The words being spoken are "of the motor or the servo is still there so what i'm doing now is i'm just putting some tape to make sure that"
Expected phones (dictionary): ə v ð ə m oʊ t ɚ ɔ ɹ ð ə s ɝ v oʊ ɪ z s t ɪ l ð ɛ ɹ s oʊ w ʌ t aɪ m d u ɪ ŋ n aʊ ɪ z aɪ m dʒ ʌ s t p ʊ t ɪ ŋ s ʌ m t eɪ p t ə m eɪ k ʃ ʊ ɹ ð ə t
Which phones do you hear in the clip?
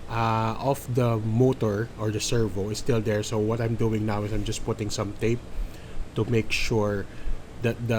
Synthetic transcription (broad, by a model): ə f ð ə m oʊ t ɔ ɔ ɹ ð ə s ɝ v oʊ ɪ s t ɪ l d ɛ ɹ s oʊ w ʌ t aɪ m d u ɪ ŋ n aʊ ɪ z aɪ m dʒ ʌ s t p ʊ t ɪ ŋ s ʌ m t eɪ p t ə m eɪ k ʃ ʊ ɹ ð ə t